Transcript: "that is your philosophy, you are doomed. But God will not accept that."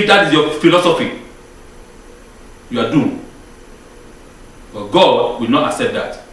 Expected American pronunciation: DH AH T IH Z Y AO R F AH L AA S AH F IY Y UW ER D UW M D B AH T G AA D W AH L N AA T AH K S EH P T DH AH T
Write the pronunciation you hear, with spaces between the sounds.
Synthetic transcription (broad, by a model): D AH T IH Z Y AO F AH L AA S AH F IY Y UW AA D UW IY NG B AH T G AA D W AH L N AA T AH K S EH P T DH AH T